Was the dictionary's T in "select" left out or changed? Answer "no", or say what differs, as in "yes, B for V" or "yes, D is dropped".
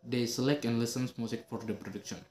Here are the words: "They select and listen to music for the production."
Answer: no